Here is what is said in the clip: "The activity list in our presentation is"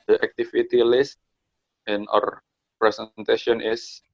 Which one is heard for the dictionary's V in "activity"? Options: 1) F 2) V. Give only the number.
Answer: 1